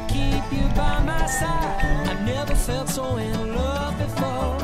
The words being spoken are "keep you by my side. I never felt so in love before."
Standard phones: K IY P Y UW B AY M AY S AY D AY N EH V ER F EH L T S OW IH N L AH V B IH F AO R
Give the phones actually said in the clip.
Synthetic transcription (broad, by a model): K IY P Y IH B AY M AY S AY AY N EH V ER F EH L T S OW IH N L AH V B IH F AO R